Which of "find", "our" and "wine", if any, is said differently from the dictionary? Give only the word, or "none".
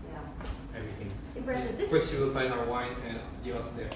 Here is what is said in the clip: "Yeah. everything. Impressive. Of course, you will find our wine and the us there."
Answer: find